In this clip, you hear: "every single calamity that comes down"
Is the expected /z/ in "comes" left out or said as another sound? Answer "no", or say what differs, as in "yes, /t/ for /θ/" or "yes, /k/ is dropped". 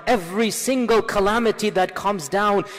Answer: no